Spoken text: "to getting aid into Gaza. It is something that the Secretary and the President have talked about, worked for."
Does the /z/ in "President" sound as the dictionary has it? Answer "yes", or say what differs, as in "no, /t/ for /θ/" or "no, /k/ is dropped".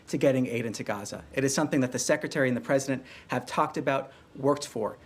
yes